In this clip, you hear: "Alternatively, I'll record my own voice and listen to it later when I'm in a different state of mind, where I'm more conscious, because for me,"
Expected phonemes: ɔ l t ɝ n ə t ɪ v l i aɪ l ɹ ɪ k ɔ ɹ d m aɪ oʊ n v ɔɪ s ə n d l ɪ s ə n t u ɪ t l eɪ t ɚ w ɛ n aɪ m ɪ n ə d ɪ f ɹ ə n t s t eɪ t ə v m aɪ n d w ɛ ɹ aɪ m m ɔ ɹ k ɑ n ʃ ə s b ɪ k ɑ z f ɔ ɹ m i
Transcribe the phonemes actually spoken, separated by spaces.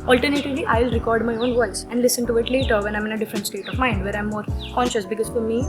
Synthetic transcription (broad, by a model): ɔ l t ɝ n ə t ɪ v l i aɪ l ɹ ɪ k ɔ ɹ d m aɪ oʊ n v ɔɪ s ə n d l ɪ s ə n t u ɪ t l eɪ t ɚ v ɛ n aɪ m ɪ n ə d ɪ f ɹ ə n t s t eɪ t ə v m aɪ n d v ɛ ɹ aɪ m m ɔ ɹ k ɑ n ʃ ə s b ɪ k ɑ z f ɔ ɹ m i